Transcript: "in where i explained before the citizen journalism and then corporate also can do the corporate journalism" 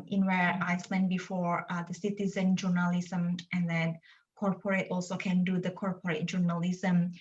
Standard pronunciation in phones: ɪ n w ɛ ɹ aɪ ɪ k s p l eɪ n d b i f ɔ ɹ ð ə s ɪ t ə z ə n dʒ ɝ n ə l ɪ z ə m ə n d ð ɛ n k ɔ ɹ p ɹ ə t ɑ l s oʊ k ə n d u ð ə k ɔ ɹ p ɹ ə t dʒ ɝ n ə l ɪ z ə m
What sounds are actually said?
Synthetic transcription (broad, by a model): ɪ n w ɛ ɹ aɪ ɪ s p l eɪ n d b i f ɔ ɹ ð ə s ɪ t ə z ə n dʒ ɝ n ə l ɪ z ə m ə n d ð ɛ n k ɔ ɹ p ɹ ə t ɑ l s oʊ k ə n d u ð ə k ɔ ɹ p ɹ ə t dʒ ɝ n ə l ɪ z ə m